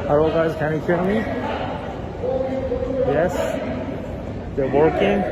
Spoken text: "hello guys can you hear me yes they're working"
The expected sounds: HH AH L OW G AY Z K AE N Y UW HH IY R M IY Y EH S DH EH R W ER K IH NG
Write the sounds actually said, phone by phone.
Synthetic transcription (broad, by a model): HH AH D OW G AY Z K AE N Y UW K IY L M IY Y EH S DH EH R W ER K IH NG